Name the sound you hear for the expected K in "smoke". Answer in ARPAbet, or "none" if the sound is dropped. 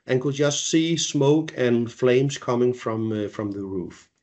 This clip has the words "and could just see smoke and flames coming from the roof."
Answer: K